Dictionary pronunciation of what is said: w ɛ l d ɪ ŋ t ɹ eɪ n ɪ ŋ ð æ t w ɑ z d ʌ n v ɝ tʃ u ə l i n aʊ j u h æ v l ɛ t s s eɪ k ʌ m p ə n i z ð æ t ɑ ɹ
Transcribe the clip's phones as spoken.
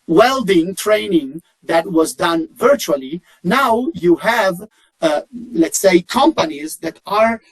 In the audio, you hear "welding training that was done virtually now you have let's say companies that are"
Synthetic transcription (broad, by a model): w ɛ l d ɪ ŋ t ɹ eɪ n ɪ ŋ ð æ t w ɑ z d ʌ n v ɝ tʃ u ə l i n aʊ j u h æ v l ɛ t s s eɪ k ʌ m p ə n i z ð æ t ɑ ɹ